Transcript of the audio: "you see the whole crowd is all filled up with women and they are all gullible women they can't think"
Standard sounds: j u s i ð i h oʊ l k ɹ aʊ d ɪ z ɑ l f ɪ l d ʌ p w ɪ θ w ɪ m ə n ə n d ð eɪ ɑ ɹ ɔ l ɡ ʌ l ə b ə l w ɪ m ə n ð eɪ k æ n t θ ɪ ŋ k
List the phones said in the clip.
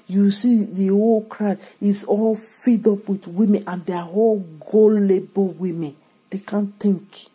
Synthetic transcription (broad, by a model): j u s i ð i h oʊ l k ɹ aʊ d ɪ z ɑ l f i d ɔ p w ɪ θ w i m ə n ə n d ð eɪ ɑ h ɔ l ɡ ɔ l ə b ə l w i m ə n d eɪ k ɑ n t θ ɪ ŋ k